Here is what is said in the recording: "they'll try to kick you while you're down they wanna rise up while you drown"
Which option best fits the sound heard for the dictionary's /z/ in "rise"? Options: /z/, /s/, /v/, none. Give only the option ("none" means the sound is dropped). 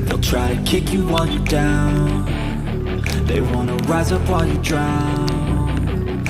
/z/